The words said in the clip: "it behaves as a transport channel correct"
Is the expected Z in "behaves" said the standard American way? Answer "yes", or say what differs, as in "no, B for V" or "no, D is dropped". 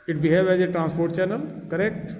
no, Z is dropped